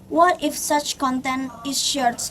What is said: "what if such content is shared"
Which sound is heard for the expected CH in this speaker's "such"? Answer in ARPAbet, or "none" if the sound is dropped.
CH